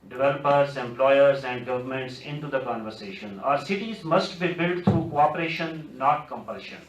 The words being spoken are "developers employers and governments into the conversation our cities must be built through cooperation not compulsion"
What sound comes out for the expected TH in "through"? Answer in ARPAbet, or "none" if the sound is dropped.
T